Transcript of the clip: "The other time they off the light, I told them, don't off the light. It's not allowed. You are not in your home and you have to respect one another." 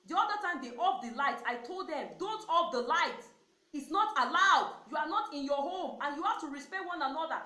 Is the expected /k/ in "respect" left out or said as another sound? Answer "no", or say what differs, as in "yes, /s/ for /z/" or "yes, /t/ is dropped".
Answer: yes, /k/ is dropped